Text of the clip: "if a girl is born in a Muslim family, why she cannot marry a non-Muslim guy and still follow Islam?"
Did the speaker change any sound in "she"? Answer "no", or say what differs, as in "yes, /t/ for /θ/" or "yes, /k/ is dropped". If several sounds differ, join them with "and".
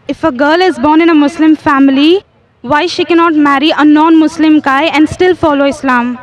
no